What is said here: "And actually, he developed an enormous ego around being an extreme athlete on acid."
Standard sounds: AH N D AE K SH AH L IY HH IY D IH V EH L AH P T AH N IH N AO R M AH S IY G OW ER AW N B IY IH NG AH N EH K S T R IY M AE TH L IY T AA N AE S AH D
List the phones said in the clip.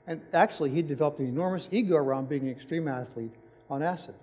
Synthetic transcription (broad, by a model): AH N AE K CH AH L IY HH IY D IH V EH L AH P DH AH IH N AO R M AH S IY G OW ER AW N B IY IH NG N EH K S T R IY M AE TH L IY T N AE S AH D